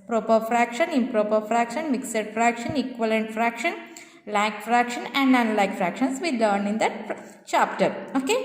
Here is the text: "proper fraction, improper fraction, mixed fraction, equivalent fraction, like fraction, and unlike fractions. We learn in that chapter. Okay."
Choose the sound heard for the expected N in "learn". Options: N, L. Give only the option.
N